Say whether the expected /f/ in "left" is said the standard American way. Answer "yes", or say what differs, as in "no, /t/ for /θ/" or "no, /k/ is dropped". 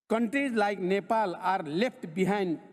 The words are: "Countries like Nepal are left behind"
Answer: no, /p/ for /f/